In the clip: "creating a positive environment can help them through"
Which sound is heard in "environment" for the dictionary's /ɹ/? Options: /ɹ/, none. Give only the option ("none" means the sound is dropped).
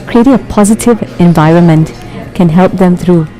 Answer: /ɹ/